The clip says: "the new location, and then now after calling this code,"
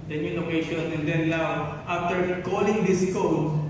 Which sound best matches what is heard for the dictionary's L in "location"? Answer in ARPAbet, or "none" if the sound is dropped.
N